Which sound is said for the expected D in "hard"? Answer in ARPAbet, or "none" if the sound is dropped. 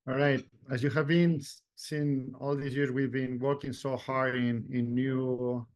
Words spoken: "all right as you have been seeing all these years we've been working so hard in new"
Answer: none